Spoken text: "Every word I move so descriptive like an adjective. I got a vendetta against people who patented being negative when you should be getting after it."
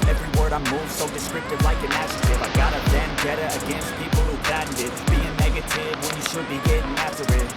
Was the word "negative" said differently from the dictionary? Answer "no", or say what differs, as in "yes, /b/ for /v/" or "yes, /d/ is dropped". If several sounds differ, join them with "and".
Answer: no